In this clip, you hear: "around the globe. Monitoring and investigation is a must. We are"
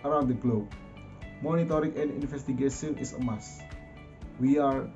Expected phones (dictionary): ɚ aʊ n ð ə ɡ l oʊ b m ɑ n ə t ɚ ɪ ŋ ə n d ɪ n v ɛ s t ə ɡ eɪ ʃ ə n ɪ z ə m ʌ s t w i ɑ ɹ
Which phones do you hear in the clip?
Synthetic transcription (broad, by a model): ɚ aʊ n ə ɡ l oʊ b m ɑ n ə t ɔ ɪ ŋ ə n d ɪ n f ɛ s t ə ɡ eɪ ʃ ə n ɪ s ə m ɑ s w i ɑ ɹ